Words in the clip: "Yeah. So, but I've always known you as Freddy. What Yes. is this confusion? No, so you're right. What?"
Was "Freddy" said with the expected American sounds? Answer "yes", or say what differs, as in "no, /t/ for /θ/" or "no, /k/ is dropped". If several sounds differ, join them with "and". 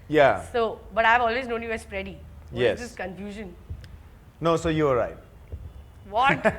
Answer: no, /p/ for /f/